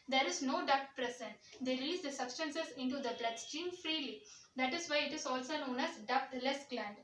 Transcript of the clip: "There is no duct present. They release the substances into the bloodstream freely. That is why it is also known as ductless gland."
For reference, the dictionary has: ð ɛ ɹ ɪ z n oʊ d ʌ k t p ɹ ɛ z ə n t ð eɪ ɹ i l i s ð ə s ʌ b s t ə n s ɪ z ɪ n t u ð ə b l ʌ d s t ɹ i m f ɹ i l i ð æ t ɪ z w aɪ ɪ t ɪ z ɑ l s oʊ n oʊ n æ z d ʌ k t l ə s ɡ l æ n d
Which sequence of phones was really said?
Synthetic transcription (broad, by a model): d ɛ ɹ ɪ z n oʊ d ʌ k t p ɹ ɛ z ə n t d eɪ ɹ i l i s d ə s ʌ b s t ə n s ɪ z ɪ n t u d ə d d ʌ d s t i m f ɹ i l i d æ t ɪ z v aɪ ɪ t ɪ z ɑ l s oʊ n oʊ n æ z d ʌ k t l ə s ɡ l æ n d